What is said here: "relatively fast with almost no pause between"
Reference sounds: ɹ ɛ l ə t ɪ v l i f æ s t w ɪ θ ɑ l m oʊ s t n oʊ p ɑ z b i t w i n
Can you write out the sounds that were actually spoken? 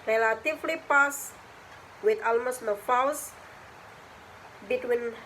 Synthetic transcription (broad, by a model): ɹ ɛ l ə t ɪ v l i p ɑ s w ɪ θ ɑ l m oʊ s t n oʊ f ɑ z b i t w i n